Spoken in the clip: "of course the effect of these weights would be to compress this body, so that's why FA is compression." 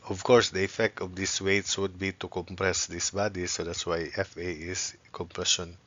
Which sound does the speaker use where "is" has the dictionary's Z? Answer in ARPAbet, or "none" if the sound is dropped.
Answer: S